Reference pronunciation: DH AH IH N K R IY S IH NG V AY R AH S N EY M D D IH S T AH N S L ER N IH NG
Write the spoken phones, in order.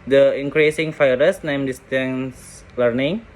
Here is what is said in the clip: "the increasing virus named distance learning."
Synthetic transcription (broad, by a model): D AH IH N K R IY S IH NG F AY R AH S N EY M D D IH S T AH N S L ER N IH NG